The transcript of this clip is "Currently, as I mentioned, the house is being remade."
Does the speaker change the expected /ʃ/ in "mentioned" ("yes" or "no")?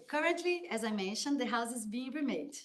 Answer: no